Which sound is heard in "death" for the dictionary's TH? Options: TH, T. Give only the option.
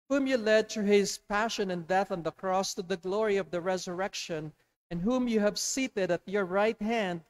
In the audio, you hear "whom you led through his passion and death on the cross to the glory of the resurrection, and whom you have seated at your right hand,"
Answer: TH